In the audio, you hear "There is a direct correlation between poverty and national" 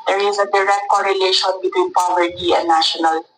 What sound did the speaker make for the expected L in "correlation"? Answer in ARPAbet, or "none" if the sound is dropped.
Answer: L